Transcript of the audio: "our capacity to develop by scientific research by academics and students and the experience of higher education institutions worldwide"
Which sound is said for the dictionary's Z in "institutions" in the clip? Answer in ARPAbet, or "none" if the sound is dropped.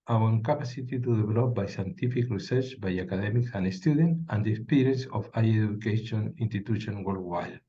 none